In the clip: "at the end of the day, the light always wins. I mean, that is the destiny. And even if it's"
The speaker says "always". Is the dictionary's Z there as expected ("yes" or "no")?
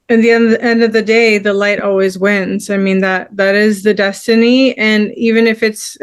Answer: yes